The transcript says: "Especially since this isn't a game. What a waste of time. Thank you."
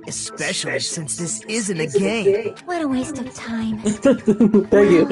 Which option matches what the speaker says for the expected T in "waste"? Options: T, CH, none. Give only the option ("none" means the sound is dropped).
T